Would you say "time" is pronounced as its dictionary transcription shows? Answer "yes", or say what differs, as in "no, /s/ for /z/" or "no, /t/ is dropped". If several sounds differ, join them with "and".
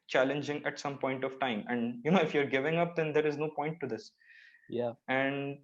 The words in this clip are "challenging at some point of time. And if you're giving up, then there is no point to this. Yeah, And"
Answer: yes